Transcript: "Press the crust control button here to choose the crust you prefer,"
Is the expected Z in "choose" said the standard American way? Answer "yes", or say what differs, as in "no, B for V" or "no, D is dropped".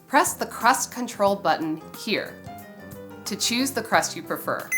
yes